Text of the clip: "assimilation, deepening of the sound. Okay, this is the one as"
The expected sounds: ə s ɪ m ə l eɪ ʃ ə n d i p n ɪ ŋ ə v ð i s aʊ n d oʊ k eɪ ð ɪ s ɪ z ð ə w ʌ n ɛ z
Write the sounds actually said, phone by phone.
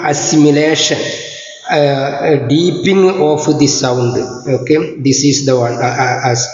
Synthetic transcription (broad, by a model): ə s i m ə l eɪ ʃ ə n d i p ɪ ŋ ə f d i s aʊ n d oʊ k eɪ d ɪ s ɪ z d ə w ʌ n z